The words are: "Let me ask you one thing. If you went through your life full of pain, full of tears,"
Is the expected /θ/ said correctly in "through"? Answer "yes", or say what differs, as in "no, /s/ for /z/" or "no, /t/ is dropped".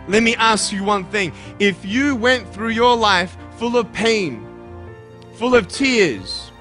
yes